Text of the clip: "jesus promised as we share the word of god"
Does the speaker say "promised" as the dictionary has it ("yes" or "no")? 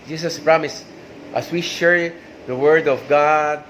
yes